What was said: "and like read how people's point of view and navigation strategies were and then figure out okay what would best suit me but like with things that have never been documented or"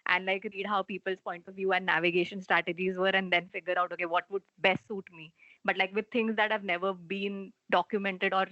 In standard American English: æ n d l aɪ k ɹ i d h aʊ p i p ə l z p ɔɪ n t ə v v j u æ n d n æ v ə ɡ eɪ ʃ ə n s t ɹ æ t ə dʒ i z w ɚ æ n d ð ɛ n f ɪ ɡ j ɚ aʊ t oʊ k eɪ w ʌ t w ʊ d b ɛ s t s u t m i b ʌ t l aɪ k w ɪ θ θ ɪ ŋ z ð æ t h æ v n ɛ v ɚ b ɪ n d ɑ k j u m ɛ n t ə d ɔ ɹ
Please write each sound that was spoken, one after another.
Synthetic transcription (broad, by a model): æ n d l aɪ k ɹ i d h aʊ p i p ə l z p ɔɪ n t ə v v j u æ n n æ v ə ɡ eɪ ʃ ə n s t ɹ æ t ə dʒ i z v ɚ æ n d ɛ n f ɪ ɡ j ɚ aʊ t oʊ k eɪ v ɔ t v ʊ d b ɛ s t s u t m i b ʌ t l aɪ k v ɪ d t ɪ ŋ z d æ t h æ v n ɛ v ɚ b ɪ n d ɑ k j u m ɛ n t ə d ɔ ɹ